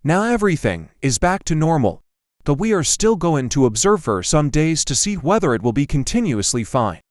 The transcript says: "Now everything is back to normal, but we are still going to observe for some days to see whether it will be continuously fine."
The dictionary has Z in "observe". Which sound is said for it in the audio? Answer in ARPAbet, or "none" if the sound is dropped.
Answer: Z